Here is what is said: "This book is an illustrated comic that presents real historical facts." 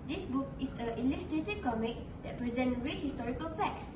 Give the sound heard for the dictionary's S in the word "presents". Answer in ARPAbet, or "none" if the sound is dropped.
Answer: none